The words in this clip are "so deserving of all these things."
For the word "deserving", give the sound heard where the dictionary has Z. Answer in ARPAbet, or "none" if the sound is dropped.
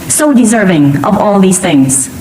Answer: Z